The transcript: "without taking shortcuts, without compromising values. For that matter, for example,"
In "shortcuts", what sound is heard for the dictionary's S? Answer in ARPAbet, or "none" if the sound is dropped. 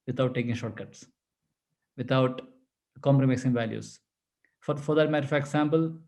S